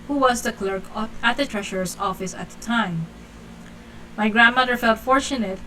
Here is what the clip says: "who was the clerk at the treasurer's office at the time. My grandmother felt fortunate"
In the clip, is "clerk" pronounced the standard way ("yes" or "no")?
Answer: yes